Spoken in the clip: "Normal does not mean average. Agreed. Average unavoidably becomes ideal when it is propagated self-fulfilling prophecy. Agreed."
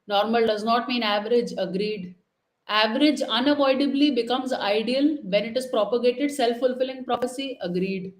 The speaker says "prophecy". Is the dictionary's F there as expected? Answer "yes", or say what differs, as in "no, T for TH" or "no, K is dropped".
no, P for F